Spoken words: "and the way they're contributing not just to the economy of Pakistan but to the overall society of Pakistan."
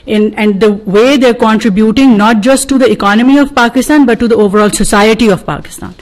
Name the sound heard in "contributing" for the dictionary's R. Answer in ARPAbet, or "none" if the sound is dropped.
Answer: R